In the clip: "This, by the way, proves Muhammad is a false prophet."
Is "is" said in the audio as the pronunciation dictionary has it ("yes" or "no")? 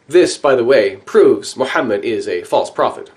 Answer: yes